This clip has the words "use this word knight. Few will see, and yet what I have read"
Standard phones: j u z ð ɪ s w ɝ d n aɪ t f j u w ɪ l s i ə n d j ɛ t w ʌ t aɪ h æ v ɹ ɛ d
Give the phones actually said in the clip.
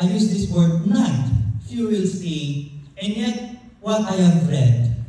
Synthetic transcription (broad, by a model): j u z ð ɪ s w ɝ d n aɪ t f j u w ɪ l s i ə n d j ɛ t w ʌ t aɪ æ f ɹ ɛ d